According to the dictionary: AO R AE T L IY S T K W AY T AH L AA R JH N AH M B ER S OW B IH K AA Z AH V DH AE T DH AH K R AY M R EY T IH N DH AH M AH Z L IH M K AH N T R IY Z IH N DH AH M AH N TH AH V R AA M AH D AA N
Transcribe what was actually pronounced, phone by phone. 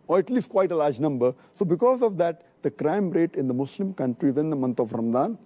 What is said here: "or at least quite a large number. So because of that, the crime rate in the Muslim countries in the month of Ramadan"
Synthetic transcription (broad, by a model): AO R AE T L IY S T K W AY T AH L AA R JH N AH M B ER S OW B IH K AA Z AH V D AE T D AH K R AY M R EY T IH N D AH M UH S L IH M K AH N T R IY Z IH N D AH M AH N T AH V R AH M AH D AA N